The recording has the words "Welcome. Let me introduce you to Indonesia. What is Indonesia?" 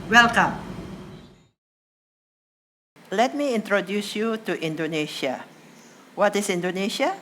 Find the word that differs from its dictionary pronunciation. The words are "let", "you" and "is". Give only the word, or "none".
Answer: is